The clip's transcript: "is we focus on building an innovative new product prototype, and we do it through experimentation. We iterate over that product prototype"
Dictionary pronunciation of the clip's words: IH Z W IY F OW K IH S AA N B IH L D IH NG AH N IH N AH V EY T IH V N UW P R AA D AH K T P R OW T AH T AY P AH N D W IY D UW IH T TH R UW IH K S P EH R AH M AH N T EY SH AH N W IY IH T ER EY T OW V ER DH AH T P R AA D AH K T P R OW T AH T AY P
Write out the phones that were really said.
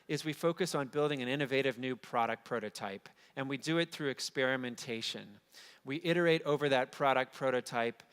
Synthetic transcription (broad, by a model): IH Z W IY F OW K IH S N B IH L D IH NG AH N IH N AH V EY T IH V N UW P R AA D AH K P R OW T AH T AY P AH N W IY D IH IH T TH R UW IH K S P EH R AH M AH N T EY SH AH N W IY IH T ER EY T OW V ER DH AH T P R AA D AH K P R OW T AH T AY P